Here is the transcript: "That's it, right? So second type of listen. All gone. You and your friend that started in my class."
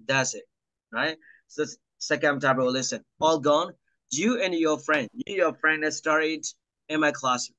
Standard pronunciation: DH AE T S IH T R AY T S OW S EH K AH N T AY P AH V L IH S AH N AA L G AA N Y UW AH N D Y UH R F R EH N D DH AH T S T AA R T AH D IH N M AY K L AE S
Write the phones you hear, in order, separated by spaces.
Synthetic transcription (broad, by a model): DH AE T S IH T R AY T S OW S EH K AH N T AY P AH W L IH S AH N AA L G AA N Y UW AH N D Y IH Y F R EH N D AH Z S T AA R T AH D IH N M AY K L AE S